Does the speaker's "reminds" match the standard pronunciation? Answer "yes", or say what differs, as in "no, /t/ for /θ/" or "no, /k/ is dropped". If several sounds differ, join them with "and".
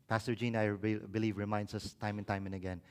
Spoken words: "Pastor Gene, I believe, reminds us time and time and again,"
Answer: no, /s/ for /z/